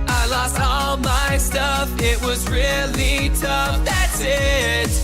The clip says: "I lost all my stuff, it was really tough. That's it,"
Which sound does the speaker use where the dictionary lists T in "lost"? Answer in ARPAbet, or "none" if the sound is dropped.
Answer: T